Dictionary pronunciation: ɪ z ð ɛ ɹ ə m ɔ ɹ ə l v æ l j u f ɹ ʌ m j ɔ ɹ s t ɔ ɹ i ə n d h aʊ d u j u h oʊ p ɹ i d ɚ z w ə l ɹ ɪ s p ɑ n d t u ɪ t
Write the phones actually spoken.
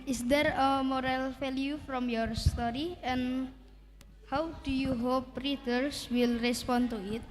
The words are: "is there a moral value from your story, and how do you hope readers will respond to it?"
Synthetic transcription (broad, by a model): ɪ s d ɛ ɹ ə m ɔ ɹ ə l f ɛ l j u f ɹ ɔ m j ɔ ɹ s t ɔ ɹ i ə n h aʊ d u j u h oʊ p ɹ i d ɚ s w ə l ɹ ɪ s p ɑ n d t u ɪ t